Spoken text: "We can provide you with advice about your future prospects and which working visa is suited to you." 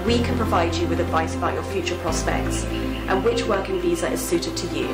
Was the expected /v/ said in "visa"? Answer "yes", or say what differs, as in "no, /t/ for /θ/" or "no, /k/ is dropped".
yes